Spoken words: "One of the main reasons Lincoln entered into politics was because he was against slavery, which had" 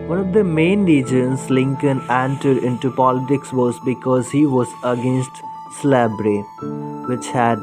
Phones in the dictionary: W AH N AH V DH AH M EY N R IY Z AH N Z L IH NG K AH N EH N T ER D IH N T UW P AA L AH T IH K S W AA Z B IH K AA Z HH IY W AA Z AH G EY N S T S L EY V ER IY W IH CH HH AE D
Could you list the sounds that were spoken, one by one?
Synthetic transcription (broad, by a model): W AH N AH V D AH M EY N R IY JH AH N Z L IH NG K AH N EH N T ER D IH N T UW P AA L AH T IH K S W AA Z B IH K AA Z HH IY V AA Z AH G EY N S T S L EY B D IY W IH CH HH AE D